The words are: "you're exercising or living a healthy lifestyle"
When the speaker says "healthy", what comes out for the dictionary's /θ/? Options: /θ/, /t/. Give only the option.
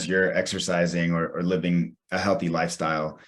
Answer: /θ/